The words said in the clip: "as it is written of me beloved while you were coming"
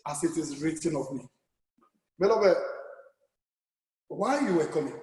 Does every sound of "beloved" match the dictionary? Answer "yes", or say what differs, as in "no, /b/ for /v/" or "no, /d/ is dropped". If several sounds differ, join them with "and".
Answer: no, /b/ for /v/